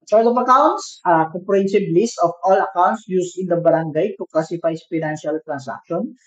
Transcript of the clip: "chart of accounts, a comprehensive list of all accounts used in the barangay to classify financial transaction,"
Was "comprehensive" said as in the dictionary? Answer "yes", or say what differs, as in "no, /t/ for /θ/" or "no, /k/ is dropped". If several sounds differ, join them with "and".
no, /b/ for /v/